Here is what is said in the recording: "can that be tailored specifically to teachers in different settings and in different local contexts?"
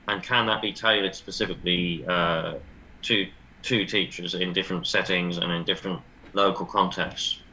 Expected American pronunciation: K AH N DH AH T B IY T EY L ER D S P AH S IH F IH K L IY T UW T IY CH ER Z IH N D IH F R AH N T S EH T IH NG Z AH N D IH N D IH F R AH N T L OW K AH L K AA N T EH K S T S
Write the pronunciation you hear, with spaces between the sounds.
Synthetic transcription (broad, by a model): K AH N DH AH T B IY T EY L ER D S P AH S IH F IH K L IY T UW T IY CH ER Z IH N D IH F R AH N T S EH T IH NG Z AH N IH N D IH F R AH N T L OW K AH L K AA N T EH K S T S